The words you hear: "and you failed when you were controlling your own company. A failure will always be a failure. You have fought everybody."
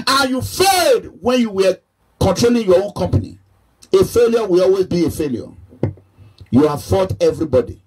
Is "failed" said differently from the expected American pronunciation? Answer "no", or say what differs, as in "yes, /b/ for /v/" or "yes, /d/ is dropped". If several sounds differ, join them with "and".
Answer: yes, /l/ is dropped